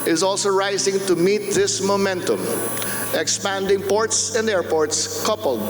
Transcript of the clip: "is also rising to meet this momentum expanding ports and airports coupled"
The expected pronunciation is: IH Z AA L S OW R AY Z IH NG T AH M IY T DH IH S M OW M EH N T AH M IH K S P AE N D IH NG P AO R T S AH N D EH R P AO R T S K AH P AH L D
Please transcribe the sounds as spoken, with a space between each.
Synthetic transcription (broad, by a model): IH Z AA L S OW R AY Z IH NG T AH M IY T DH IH S M OW M EH N T AH M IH K S P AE N D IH NG P AO R T S AH N D EH R P AO R T S K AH P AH L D